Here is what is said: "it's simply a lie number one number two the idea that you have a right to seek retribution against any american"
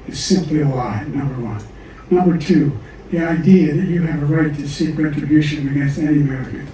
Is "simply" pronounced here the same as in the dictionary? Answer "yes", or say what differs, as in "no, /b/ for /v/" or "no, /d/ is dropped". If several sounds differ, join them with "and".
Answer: yes